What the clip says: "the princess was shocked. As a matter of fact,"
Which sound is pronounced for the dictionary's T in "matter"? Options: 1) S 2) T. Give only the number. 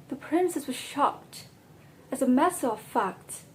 1